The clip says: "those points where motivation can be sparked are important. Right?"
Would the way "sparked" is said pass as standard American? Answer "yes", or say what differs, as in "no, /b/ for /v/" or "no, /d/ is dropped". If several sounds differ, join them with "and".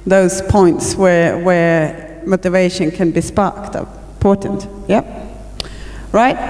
yes